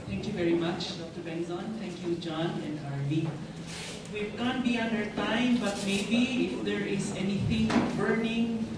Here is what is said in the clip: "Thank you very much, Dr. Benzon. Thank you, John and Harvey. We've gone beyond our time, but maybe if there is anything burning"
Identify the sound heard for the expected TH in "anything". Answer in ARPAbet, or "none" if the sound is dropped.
T